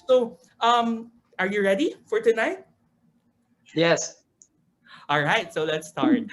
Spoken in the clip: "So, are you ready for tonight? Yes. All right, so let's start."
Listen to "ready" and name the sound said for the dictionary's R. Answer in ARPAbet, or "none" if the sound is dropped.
R